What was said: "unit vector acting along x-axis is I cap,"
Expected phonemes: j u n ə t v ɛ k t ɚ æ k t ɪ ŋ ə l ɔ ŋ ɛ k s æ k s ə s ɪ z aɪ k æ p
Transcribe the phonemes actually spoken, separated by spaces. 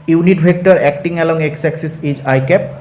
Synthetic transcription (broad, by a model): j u n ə t b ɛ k t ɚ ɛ k t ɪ ŋ ə l ɔ ŋ ɛ k s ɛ k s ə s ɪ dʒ aɪ k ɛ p